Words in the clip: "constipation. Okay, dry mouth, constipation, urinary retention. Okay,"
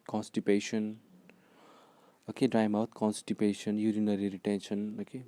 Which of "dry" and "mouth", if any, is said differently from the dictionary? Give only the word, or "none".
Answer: mouth